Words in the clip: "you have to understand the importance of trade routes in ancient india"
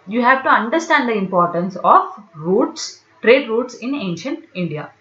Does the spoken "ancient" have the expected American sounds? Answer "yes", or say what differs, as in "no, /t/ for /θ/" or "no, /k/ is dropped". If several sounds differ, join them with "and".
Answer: yes